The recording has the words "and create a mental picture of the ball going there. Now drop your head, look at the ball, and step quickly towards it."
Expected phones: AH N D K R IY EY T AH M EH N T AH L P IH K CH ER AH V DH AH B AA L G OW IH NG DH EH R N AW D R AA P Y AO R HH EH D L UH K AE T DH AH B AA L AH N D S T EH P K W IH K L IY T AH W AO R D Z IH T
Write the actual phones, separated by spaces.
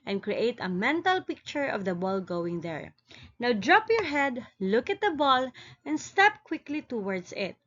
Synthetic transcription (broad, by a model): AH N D K R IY EY T AH M EH N T AH L P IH K CH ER AH V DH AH B AA L G OW IH NG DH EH R N AW D R AA P Y AO R HH EH D L UH K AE T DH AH B AA L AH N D S T EH P K W IH K L IY T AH W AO R D S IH T